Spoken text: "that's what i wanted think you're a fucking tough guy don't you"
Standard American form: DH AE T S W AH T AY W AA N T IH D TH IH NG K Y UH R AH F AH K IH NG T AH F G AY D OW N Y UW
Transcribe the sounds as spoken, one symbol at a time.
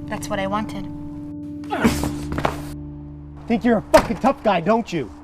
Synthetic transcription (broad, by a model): DH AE T S W AH T AY W AA N T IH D TH IH NG K Y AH R AH F AH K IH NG T AH F G AY D OW N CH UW